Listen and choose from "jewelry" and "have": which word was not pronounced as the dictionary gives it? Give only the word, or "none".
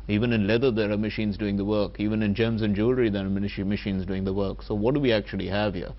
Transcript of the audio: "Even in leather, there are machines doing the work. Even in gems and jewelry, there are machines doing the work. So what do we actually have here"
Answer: none